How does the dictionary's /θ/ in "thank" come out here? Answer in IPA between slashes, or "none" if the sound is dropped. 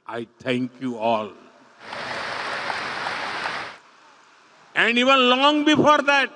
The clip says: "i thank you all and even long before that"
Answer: /t/